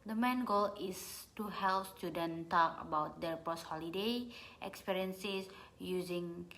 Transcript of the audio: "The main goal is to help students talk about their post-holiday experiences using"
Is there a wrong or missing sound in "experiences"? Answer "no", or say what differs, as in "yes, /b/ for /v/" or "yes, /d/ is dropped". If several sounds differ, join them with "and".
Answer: yes, /s/ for /z/